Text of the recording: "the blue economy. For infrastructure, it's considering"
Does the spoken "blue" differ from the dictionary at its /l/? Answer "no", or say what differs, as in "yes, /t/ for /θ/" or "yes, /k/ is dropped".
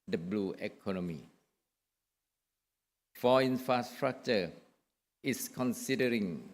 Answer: no